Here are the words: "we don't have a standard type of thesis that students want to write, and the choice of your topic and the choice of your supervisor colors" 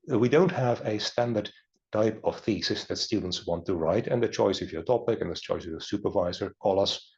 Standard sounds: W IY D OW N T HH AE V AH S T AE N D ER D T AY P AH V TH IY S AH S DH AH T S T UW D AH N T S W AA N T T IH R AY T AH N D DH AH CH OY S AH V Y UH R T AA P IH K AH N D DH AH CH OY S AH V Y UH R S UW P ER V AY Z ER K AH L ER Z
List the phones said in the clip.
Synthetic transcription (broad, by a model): W IY D OW N T HH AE V AH S T AE N D ER D T AY P AH V TH IY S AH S DH AH T S T UW D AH N T S W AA N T T IH R AY T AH N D DH AH CH OY S AH V Y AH R T AA P IH K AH N DH AH CH OY S AH V Y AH R S UW P ER V AY Z ER K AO L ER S